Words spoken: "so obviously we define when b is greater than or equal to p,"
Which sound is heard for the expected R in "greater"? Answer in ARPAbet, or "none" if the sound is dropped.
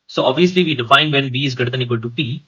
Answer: none